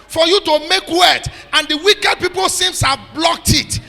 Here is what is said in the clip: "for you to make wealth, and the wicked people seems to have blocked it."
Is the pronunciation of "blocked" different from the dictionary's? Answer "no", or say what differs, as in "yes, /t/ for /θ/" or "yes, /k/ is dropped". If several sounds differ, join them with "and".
no